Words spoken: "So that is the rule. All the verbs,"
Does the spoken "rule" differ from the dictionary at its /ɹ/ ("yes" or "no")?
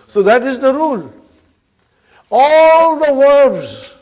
no